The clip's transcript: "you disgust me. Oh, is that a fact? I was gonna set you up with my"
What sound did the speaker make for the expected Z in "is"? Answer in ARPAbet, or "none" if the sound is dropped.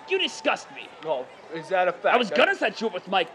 Z